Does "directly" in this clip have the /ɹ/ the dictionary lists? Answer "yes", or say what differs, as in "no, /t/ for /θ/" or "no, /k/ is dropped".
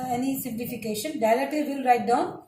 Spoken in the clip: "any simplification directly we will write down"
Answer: no, /l/ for /ɹ/